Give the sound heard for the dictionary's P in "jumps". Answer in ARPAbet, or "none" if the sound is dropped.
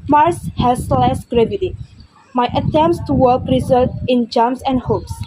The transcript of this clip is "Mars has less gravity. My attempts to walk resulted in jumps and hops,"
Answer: none